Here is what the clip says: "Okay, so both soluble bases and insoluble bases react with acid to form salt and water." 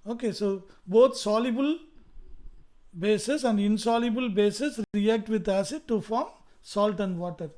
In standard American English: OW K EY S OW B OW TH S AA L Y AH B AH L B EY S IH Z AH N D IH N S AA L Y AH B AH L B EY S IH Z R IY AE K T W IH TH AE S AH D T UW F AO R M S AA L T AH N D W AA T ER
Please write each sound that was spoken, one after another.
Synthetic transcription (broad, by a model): OW K EY S OW B OW T S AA L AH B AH L B EY S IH S AH N D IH N S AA L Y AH B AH L B EY S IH S R IY AE K T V IH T AE S AH D T UW F AO R M S AA L T AH N D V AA T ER